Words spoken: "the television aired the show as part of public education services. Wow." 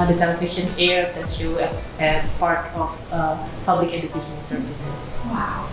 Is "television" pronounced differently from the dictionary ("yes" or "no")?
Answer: yes